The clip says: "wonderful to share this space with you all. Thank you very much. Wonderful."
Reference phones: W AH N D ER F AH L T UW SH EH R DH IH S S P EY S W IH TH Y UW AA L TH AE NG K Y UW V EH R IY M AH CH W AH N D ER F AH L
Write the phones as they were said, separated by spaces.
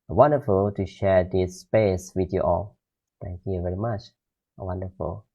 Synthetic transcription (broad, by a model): W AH N D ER F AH L T UW SH EH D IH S S P EY S W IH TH Y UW AA L T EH NG K Y UW V EH R IY M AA CH W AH N D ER F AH L